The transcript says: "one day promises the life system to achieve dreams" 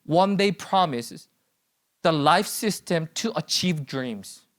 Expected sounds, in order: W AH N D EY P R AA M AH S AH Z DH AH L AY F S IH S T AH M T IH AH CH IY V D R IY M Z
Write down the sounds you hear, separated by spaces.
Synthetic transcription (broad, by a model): W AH N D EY P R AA M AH S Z DH AH L AY F S IH S T AH M T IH AH CH IY V D R IY M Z